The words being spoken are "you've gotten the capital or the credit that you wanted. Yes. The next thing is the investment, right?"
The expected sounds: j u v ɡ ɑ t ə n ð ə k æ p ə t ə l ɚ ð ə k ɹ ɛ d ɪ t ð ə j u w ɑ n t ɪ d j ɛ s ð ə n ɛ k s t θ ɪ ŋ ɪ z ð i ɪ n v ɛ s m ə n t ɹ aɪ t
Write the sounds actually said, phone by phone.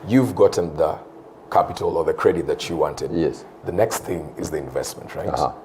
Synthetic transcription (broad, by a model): j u v ɡ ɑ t n ð ə k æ p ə t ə l ɚ ð ə k ɹ ɛ d ɪ t ð ə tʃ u w ɑ n t ɪ d j ɛ s ð ə n ɛ k s t θ ɪ ŋ ɪ z ð i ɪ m v ɛ s m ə n t ɹ aɪ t